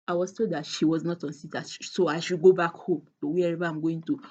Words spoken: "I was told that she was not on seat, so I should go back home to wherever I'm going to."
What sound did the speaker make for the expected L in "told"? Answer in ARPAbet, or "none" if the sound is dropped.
none